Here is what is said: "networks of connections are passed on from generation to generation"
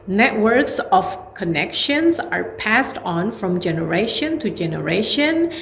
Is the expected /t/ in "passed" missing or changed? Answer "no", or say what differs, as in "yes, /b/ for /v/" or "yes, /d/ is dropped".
no